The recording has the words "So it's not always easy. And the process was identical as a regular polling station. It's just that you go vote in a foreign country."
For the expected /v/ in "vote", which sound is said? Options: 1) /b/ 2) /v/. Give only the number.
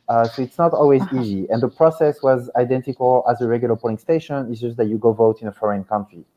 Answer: 2